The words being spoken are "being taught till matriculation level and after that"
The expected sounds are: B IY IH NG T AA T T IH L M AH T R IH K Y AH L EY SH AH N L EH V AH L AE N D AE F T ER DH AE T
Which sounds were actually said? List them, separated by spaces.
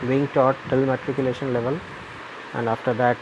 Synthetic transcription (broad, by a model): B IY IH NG T AA T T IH L M AH T R IH K Y AH L EY SH AH N L EH V AH L AE N D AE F T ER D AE T